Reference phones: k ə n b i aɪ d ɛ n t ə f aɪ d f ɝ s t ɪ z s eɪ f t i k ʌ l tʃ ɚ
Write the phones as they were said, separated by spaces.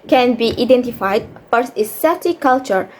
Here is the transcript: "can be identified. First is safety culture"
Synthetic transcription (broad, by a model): k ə n b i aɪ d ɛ n t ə f aɪ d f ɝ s ɪ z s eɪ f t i k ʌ l tʃ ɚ